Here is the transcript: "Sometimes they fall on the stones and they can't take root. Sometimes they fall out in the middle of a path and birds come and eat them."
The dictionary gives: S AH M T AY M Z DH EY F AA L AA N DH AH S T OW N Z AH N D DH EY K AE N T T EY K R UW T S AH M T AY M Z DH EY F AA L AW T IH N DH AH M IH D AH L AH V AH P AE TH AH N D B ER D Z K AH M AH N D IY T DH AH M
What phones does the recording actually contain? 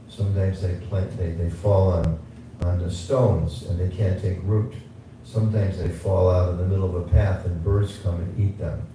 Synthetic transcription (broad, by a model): S AH M T AY M Z DH EY F AA L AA N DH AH S T OW N Z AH N DH EY K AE N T T EY K R UW T S AH M T AY M Z DH EY F AA L AW T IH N DH AH M IH D L AH V AH P AE TH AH N B ER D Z K AH M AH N IY T DH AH M